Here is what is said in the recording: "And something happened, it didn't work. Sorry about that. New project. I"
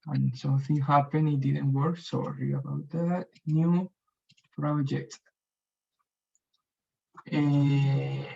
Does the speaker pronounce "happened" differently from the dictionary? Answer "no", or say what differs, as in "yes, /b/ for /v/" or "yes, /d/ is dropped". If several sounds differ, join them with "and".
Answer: yes, /d/ is dropped